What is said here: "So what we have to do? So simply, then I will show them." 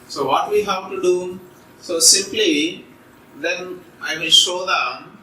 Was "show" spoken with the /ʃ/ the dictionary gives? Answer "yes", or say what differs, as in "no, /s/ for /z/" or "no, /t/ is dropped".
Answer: yes